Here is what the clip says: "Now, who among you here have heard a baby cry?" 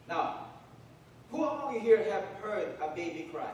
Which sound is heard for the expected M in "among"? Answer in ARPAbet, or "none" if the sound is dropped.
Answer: none